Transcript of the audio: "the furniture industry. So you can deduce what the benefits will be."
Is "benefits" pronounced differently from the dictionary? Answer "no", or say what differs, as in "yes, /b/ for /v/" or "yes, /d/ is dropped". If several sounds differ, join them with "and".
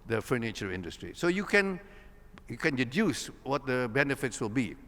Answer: no